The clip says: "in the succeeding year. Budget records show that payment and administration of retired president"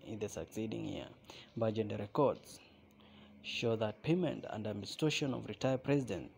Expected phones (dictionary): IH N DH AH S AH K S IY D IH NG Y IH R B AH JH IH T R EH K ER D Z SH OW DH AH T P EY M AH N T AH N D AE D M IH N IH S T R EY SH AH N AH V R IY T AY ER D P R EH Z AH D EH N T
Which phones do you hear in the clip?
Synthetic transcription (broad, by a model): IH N DH AH S AH K S IY D IH NG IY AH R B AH JH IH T R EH K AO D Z SH OW DH AH T P EY M AH N T AH N D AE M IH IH S T EY SH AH N AH V R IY T AY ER P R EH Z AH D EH N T